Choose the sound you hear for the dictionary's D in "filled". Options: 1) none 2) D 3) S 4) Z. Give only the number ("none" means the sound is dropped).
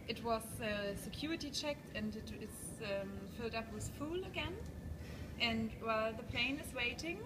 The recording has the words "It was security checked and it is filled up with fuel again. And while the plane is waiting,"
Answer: 2